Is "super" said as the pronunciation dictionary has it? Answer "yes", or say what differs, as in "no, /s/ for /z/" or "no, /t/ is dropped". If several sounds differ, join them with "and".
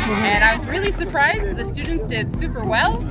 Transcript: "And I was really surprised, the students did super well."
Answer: yes